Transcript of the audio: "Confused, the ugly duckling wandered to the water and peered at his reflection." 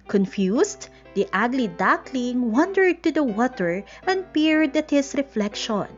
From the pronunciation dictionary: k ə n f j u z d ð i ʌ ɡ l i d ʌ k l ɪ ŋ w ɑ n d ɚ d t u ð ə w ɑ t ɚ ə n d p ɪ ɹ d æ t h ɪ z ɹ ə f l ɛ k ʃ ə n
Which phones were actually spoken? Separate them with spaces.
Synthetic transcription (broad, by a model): k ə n f j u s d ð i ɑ ɡ l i d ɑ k l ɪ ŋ w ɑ n d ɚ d t u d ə w ɑ t ɚ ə n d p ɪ ɹ d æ t h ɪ s ɹ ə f l ɛ k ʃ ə n